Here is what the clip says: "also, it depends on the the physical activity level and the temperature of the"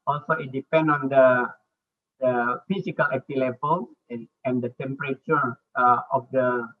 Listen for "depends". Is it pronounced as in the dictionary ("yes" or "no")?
no